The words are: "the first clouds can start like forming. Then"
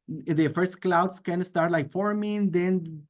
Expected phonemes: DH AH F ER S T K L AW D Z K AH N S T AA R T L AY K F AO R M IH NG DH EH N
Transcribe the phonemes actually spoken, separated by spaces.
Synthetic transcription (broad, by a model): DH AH F ER S T K L AW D S K AH N S T AA R T L AY K F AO R M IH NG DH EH N